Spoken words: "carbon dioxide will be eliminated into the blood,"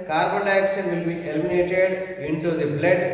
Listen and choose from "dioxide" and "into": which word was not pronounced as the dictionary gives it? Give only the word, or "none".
dioxide